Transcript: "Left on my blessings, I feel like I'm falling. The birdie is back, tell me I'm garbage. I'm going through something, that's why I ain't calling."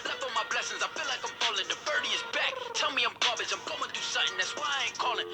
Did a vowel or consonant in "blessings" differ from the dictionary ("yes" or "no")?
no